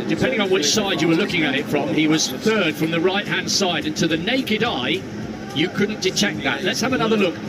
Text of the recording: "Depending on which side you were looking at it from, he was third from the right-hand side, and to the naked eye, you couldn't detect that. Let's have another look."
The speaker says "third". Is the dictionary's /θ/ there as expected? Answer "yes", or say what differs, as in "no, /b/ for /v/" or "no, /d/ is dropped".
yes